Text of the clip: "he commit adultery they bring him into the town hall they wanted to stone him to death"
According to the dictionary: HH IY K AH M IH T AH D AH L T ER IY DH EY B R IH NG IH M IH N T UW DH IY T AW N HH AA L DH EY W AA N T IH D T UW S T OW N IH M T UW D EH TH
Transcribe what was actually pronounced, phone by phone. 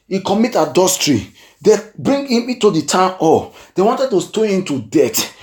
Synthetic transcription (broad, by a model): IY K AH M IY T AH D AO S T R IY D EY B R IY NG IH M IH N T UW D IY T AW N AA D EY W AA N T IH D T UW S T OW IH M T UW D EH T